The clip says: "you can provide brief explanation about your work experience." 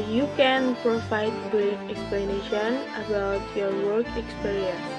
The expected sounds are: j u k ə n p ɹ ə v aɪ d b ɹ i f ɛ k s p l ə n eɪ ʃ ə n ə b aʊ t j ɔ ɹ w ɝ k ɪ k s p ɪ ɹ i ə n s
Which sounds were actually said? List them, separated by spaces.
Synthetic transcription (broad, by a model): j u k ə n p ɹ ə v aɪ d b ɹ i ɛ k s p l ə n eɪ ʃ ə n ə b aʊ t j ɔ ɹ w ɝ k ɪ k s p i ɹ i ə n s